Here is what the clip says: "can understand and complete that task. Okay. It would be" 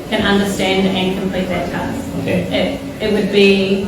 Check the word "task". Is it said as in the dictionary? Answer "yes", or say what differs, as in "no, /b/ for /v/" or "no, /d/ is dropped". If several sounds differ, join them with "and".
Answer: no, /k/ is dropped